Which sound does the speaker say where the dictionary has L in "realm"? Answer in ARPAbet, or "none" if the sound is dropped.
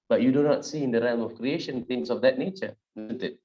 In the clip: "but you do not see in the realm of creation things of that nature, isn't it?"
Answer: none